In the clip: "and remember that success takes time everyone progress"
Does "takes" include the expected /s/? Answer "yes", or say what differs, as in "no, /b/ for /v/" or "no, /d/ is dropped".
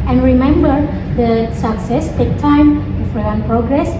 no, /s/ is dropped